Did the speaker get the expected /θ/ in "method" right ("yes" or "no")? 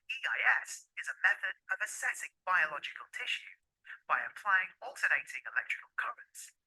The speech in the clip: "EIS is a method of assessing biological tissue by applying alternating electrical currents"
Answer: yes